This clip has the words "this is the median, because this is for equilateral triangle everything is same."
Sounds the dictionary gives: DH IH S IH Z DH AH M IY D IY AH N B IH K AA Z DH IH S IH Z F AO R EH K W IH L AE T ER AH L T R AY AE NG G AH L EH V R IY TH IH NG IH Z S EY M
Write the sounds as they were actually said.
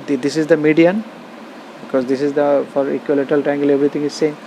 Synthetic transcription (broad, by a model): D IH S IH Z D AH M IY D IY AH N B IH K AA Z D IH S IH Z F AO R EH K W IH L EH T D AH L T AY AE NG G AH L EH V R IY T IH NG IH Z S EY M